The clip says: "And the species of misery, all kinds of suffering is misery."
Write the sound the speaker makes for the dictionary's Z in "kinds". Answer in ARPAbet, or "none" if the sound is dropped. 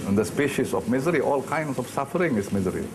S